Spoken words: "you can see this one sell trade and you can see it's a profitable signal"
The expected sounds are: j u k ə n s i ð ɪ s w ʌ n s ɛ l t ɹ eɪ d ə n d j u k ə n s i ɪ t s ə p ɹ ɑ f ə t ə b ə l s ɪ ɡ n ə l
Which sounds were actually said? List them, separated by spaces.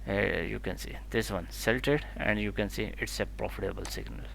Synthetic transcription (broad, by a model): j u k ə n s i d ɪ s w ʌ n s ɛ l t eɪ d ə n d j u k ə n s i ɪ t s ə p ɹ ɑ f ə t ə b ə l s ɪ ɡ n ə l